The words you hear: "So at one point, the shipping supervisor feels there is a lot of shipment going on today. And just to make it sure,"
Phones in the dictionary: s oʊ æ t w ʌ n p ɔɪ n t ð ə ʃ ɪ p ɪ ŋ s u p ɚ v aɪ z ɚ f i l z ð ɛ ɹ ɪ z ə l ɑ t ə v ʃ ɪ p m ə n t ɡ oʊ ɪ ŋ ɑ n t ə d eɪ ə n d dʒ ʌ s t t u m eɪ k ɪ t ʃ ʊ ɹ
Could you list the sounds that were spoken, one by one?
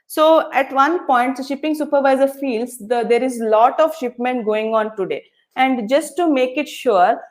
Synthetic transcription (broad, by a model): s oʊ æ t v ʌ n p ɔɪ n t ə ʃ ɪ p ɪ ŋ s u p ɚ v aɪ z ɚ f i l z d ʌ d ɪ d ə l ɑ t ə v ʃ ɪ p m ə n t ɡ oʊ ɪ ŋ ɑ n t ə d eɪ ə n d dʒ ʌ s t t u m eɪ k ɪ t ʃ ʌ ɹ